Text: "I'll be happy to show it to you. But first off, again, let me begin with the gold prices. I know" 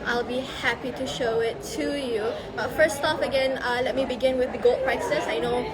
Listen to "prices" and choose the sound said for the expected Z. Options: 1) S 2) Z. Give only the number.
1